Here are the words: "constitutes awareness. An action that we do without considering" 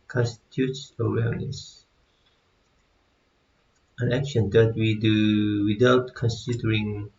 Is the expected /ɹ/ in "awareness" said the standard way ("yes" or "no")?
no